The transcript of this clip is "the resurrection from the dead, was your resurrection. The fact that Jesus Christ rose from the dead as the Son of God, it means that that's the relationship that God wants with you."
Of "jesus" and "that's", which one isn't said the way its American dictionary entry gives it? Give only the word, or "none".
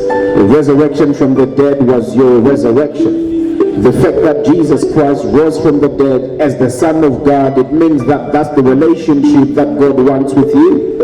none